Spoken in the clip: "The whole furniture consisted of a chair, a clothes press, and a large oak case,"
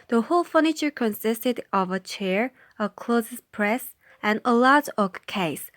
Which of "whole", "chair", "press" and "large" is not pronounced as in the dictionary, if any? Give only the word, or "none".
large